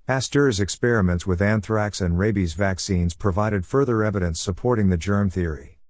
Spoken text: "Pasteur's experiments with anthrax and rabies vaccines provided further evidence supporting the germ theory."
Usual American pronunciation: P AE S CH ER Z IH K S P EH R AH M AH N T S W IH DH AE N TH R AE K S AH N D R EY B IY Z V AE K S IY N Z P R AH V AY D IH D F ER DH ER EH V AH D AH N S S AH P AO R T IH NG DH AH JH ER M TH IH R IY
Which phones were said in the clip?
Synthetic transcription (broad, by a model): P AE S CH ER Z IH K S P EH R AH M AH N T S W IH DH AE N TH R AE K S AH N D R EY B IY Z V AE K S IY N Z P R AH V AY D IH D F ER DH ER EH V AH D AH N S S AH P AO R T IH NG DH AH JH ER M TH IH R IY